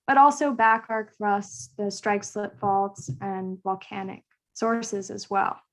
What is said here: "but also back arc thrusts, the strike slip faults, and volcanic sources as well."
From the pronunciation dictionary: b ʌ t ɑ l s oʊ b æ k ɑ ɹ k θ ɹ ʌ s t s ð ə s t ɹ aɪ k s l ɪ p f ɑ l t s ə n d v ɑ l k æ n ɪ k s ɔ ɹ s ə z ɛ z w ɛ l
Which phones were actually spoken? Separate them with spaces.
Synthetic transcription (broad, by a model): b ʌ t ɑ l s oʊ b æ k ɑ ɹ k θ ɹ ʌ s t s ð ə s t ɹ aɪ k s l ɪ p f ɑ l t s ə n v ɑ l k æ n ɪ k s ɔ ɹ s ə z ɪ z w ɛ l